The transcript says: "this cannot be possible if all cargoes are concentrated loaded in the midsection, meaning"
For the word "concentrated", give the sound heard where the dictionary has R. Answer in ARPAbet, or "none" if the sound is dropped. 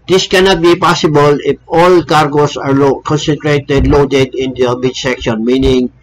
R